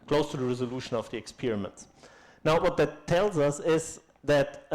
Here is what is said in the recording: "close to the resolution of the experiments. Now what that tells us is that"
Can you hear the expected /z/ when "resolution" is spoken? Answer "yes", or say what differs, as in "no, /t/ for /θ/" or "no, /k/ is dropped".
yes